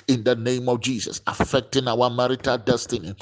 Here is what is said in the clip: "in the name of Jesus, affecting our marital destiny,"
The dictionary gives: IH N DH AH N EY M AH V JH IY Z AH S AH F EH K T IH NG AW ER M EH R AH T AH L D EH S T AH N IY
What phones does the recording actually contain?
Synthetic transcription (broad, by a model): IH N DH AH N EY M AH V JH IY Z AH S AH F EH K T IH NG AW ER M EH R AH T AH L D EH S T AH N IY